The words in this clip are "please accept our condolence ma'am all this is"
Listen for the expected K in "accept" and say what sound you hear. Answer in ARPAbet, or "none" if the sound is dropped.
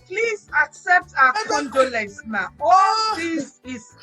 K